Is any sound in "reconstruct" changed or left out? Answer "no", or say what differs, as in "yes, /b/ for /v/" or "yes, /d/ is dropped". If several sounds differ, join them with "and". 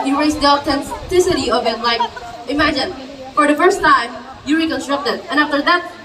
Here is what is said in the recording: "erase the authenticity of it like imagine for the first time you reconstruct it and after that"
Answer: no